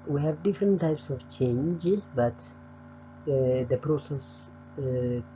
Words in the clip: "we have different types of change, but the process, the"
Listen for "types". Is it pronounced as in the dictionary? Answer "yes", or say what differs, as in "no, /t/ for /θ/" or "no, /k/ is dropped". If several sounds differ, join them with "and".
yes